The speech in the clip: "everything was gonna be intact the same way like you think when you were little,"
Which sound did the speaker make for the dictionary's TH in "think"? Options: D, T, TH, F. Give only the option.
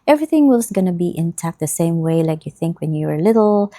TH